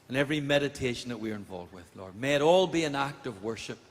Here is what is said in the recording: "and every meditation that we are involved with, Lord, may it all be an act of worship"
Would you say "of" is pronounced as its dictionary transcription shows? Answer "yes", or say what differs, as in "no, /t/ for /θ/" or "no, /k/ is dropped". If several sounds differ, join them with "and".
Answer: yes